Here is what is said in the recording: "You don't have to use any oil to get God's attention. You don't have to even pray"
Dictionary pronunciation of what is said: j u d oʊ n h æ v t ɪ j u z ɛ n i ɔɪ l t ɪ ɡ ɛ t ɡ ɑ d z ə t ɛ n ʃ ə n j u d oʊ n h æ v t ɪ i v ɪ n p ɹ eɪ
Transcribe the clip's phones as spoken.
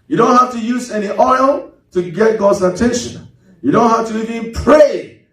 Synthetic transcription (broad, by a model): j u d oʊ n h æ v t ɪ j u z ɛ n i ɔɪ l t ɪ ɡ ɛ t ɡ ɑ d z ə t ɛ n ʃ ə n j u d oʊ n h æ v t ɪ i v ɪ n p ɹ eɪ